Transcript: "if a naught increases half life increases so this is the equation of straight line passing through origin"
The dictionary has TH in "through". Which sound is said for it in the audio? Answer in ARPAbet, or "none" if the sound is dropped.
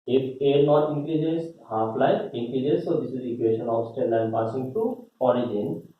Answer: T